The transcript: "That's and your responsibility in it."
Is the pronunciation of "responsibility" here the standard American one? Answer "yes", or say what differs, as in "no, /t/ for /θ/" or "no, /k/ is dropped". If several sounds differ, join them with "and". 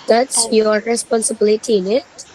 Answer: yes